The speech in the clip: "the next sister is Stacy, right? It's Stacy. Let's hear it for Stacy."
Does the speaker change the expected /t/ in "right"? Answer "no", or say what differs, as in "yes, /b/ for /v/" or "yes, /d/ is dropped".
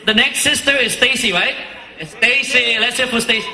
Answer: yes, /t/ is dropped